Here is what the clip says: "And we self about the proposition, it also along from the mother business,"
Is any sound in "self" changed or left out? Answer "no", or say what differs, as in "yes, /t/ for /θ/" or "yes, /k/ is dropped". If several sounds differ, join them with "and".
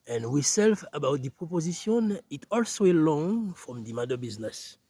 no